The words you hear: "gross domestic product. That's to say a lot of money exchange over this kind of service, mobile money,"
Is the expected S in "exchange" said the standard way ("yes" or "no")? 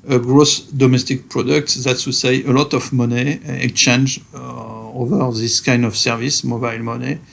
no